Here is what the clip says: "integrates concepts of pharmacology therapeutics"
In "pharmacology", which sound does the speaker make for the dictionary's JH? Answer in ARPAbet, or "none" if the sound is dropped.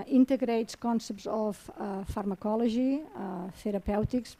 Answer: ZH